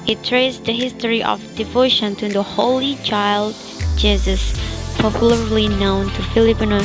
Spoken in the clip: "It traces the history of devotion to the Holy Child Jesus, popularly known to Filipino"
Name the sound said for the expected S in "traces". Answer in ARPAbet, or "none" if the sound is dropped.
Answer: none